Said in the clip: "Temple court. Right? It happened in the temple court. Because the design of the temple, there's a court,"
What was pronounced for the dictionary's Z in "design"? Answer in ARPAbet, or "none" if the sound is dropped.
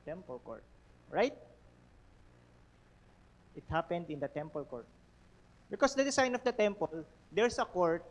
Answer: S